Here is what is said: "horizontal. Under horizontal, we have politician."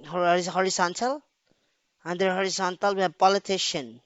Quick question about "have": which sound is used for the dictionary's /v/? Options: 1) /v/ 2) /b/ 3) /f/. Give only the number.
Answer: 2